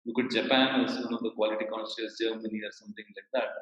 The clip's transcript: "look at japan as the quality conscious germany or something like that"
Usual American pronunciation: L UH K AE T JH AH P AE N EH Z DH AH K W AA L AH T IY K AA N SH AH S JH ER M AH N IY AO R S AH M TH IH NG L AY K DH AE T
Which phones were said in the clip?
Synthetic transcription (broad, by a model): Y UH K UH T JH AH P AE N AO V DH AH K W AA L AH T IY K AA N S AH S JH ER M AH N IY AO R S AH M T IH NG L AY K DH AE T